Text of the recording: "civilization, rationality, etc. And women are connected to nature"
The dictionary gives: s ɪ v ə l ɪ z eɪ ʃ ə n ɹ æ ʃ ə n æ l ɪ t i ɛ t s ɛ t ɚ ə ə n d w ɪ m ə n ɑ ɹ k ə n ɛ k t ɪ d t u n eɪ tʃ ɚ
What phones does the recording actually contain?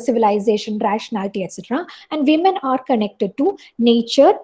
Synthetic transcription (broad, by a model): s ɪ v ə l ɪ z eɪ ʃ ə n ɹ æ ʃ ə n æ l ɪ t i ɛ t s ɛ t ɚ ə ə n d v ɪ m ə n ɑ ɹ k ə n ɛ k t ɪ d t u n eɪ tʃ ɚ